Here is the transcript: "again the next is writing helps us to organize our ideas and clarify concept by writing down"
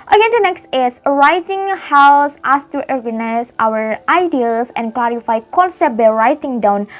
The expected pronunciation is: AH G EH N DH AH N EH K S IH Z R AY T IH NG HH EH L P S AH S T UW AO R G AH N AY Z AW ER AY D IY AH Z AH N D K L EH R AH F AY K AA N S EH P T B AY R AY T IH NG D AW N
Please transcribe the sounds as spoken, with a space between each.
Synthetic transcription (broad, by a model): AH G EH N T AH N EH K S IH S R AY T IH NG HH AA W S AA S T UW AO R G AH N AY S AW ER AY D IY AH S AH N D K L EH R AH F AY K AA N S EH T B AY R AY T IH NG D AW N